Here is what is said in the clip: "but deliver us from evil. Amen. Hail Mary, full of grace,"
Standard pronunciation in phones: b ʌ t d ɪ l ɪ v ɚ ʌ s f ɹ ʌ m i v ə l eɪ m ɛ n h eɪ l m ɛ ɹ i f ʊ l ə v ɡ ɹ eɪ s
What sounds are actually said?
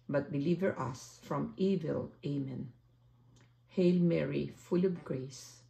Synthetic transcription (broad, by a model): b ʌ t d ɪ l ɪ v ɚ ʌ s f ɹ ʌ m i v ə l eɪ m ɛ n h eɪ l m ɛ ɹ i f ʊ l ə b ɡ ɹ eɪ s